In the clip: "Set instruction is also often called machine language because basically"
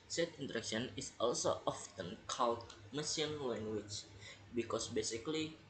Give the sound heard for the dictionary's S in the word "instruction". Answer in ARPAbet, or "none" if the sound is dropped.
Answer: none